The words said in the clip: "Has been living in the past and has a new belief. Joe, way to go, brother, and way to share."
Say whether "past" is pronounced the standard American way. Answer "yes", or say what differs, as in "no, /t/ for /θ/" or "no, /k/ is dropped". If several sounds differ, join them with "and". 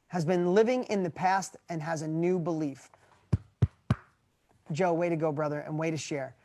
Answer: yes